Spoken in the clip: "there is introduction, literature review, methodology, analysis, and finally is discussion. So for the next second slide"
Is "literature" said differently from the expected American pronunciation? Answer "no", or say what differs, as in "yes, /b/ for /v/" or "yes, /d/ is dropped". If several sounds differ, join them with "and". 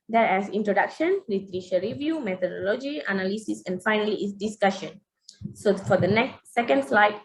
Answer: yes, /ʃ/ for /tʃ/